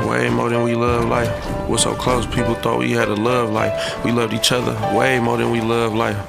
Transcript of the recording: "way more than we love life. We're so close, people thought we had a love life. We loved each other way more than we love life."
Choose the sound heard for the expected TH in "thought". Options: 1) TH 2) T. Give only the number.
1